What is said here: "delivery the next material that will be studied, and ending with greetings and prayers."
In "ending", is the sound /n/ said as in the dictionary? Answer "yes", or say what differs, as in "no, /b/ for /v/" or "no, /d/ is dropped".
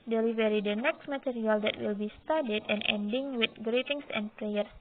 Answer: yes